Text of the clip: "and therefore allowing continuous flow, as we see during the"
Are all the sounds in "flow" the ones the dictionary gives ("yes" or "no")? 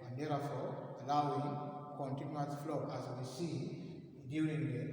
yes